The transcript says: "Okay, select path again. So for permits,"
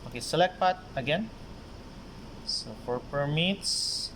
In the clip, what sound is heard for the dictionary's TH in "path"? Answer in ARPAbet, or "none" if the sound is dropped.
T